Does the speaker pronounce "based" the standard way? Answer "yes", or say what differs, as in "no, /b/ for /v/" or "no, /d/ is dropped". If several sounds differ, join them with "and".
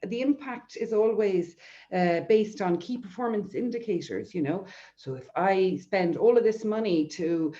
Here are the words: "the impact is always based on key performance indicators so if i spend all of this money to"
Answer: yes